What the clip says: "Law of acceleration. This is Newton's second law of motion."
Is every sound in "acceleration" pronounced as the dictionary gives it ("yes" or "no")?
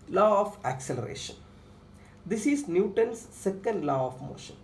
yes